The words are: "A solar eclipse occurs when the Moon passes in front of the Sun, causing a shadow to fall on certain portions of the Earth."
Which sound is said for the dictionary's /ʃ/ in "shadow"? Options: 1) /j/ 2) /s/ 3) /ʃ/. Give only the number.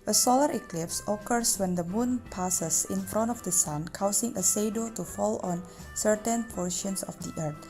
2